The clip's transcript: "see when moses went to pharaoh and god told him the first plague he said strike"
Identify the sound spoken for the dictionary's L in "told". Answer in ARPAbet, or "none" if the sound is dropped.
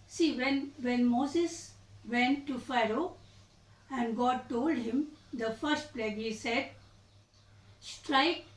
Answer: L